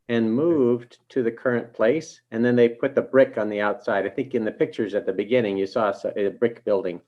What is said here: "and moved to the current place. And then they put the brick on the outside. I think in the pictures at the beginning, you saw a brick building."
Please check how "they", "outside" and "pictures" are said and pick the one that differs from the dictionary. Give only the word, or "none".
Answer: none